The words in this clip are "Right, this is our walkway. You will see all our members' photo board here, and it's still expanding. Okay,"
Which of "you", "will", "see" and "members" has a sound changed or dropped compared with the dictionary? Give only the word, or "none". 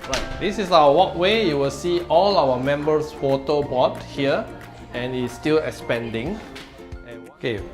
members